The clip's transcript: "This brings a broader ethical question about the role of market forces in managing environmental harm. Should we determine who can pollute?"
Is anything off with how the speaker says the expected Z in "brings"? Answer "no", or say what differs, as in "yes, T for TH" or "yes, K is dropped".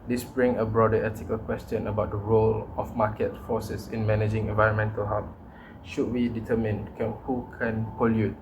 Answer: yes, Z is dropped